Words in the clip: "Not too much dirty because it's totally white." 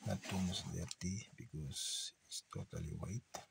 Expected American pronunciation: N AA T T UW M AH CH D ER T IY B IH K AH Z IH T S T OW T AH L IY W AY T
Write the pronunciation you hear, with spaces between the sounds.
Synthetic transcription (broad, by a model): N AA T T UW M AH S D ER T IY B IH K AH S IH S T OW T AH L IY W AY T